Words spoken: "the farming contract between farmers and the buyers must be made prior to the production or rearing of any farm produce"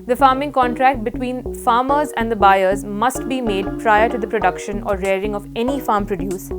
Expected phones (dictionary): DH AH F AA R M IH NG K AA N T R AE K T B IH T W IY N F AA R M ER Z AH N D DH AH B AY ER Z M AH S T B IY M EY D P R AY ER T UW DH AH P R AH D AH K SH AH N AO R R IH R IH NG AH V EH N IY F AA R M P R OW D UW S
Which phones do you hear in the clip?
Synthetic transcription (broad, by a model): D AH F AA R M IH NG K AA N T R AE K T B IH T W IY N F AA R M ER Z AH N D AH B AY ER Z M AH S T B IY M EY D P R AY ER T UW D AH P R AH D AH K SH AH N AO R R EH R IH NG AH V EH N IY F AA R M P R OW D UW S